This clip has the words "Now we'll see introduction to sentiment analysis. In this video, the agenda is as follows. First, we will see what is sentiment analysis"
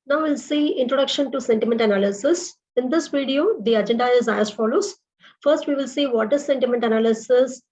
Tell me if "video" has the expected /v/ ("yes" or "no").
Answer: yes